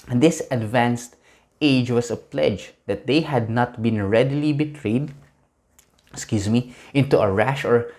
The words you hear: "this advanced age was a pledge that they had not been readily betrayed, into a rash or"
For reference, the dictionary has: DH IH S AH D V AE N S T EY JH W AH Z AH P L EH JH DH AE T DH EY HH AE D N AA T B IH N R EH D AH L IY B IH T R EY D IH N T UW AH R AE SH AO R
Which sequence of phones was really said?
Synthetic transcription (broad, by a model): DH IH S AH D V AE N S T EY JH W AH S AH P L EH JH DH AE T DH EY HH AE D N AA T B IH N R EH D AH L IY B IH T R EY D IH N T UW AH R AE SH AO R